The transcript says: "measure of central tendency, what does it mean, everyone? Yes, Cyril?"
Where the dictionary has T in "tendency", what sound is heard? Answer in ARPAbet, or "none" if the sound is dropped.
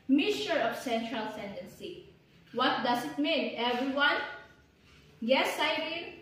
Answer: S